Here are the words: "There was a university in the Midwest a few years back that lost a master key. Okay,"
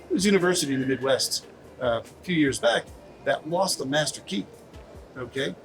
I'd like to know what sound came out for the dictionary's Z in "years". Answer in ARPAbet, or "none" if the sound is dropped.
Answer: Z